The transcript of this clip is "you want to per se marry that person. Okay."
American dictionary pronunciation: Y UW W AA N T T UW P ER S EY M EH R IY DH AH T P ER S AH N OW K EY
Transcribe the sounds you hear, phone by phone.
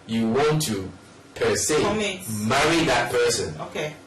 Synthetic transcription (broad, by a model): Y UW W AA N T T UW P ER S EY M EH R IY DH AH T P ER S AH N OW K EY